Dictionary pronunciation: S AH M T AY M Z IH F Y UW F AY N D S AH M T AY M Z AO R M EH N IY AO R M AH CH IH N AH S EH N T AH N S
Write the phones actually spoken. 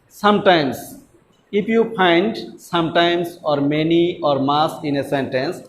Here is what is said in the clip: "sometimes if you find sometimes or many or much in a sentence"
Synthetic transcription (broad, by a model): S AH M T AY M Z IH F Y UW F AY N D S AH M T AY M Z AO R M EH N IY AO R M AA S IH N AH S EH N T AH N S